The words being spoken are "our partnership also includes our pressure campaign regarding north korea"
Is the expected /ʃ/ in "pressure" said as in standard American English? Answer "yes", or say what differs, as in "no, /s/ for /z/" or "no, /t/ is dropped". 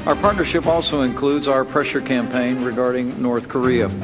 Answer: yes